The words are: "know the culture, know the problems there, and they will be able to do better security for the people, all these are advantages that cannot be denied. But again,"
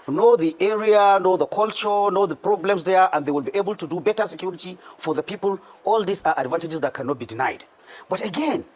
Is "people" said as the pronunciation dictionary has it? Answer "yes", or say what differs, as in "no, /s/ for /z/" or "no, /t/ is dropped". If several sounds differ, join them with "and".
yes